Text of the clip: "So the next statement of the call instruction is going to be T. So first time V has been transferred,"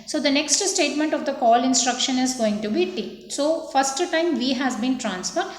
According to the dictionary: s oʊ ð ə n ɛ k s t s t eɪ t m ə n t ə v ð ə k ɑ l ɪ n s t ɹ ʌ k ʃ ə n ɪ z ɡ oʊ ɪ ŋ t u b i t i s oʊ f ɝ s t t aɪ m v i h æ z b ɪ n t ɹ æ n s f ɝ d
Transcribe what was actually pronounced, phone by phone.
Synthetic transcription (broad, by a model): s oʊ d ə n ɛ k s t s t eɪ t m ə n t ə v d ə k ɑ l ɪ n s t ɹ ʌ k ʃ ə n ɪ z ɡ oʊ ɪ ŋ t u b i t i s oʊ f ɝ s t t aɪ m v i h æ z b ɪ n t ɹ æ n s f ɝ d